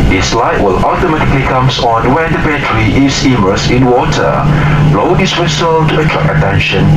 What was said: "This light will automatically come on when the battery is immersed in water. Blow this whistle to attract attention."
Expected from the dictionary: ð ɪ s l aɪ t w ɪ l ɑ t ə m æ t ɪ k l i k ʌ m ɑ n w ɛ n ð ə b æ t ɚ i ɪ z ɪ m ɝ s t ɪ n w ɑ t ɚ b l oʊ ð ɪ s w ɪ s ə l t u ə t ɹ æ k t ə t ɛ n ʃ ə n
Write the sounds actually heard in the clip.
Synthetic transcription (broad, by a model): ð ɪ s l aɪ t w ɪ l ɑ t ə m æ t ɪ k l i k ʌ m ɑ n w ɛ n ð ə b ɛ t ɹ i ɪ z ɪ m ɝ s ɪ n w ɑ t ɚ b l oʊ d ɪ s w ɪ s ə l t u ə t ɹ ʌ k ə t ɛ n ʃ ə n